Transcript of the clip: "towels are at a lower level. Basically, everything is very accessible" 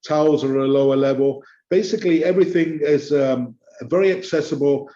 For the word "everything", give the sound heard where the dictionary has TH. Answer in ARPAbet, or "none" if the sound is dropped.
TH